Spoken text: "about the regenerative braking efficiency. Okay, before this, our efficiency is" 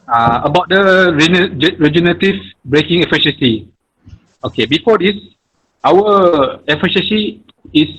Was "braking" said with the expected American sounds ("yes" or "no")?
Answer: yes